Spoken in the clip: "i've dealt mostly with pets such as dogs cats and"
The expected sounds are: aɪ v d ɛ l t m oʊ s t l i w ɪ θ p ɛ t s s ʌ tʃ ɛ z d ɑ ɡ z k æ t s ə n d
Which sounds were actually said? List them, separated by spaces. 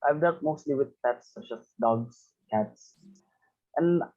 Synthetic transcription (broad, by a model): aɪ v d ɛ t m oʊ s t l i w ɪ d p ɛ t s s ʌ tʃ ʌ s d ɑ ɡ s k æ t s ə n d